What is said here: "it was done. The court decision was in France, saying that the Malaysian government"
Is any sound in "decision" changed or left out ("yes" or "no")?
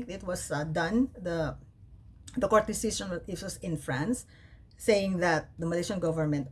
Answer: yes